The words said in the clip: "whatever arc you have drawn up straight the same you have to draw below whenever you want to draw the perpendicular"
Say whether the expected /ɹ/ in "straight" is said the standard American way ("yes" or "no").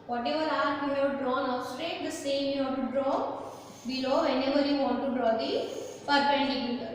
yes